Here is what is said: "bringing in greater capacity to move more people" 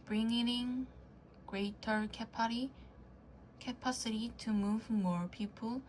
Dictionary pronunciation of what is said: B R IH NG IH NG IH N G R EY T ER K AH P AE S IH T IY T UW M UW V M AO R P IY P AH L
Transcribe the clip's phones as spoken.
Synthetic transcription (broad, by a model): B R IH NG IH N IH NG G R EY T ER K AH P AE S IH T IY T UW M UW V M AO R P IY P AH L